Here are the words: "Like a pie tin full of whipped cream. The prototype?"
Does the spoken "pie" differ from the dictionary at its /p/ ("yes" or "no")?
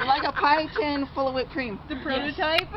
no